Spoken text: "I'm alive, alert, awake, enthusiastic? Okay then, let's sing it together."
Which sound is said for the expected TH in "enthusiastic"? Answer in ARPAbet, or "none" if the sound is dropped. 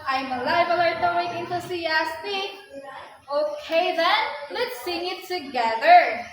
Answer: T